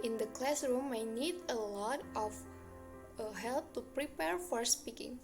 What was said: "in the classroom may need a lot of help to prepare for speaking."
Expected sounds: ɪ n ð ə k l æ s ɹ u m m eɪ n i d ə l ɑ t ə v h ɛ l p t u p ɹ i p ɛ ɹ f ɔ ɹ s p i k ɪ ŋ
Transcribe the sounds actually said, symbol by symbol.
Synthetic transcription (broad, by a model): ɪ n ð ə k l æ s ɹ u m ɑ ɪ n i d ə l ɑ t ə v h ɛ l p t u p ɹ i p ɛ ɹ f ɔ ɹ s p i k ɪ ŋ